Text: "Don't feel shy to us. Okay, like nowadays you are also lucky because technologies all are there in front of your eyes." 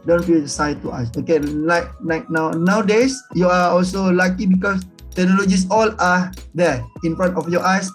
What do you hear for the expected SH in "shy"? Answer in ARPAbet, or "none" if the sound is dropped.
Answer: S